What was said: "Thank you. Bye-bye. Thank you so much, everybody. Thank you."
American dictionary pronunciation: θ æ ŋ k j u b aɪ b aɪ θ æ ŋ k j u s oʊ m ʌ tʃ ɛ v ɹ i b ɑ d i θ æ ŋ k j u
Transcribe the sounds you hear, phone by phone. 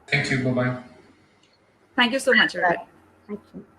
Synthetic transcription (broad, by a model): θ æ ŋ k j u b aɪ b aɪ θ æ ŋ k j u s oʊ m ʌ tʃ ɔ ɹ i ɪ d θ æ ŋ k j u